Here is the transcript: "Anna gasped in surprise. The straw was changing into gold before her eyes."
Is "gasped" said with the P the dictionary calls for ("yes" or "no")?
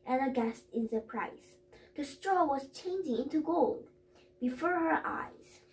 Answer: no